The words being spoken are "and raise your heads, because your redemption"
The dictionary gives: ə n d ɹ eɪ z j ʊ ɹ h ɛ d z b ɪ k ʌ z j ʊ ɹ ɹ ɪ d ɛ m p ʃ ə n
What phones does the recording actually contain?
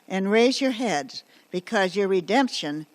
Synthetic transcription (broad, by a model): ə n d ɹ eɪ z j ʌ ɹ h ɛ d z b ɪ k ʌ z j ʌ ɹ ɹ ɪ d ɛ m p ʃ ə n